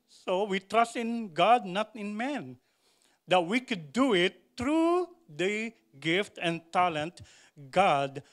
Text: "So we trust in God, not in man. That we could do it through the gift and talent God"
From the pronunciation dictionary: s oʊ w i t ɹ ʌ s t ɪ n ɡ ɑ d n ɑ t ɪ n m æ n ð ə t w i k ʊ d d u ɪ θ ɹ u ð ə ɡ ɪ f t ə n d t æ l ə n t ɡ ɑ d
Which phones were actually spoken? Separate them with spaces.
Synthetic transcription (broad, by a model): s oʊ w i t ɹ ʌ s t ɪ n ɡ ɑ d n ɑ t ɪ n m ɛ n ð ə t w i k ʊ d d u ɪ t ɹ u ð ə ɡ ɪ f t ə n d t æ l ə n t ɡ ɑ d